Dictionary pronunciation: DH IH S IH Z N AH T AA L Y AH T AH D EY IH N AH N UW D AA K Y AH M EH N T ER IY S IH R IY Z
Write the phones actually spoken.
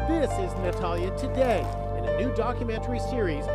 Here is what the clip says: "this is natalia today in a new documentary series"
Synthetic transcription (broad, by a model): DH IH S IH Z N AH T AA L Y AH T AH D EY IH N AH N UW D AA K Y AH M EH N T ER IY S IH R IY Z